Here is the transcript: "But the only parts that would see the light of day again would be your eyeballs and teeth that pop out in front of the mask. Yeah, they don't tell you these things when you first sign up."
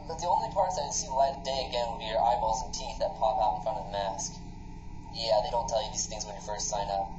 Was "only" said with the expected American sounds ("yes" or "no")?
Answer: yes